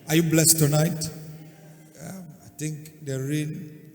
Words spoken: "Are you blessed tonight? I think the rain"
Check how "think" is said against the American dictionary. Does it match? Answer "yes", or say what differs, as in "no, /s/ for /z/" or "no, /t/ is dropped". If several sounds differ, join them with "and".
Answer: no, /t/ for /θ/